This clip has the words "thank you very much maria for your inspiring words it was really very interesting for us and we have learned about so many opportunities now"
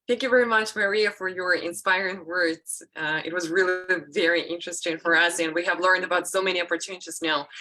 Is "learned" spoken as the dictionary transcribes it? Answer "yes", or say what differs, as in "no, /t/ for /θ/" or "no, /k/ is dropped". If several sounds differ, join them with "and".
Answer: yes